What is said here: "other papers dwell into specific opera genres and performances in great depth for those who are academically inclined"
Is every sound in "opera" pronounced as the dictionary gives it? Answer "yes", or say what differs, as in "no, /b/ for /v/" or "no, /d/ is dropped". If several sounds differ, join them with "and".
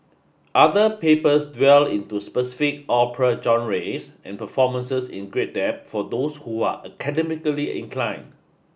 yes